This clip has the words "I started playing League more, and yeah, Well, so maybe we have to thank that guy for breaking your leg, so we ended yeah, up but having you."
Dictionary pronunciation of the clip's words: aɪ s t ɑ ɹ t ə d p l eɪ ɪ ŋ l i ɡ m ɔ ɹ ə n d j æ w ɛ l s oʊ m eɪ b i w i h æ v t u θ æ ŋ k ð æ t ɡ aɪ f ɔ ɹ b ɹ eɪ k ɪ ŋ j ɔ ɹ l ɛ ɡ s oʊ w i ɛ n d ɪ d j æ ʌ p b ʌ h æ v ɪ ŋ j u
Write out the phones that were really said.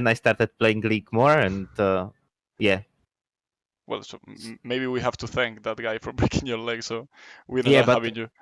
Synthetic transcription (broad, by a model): aɪ s t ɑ ɹ t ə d p l eɪ ɪ ŋ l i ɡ m ɔ ɹ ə n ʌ j æ w ɛ l s oʊ m eɪ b i w i h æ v t u θ æ ŋ k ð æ t ɡ aɪ f ɔ ɹ b ɹ eɪ k ɪ ŋ j ɔ ɹ l ɛ ɡ s oʊ w i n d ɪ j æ b ʌ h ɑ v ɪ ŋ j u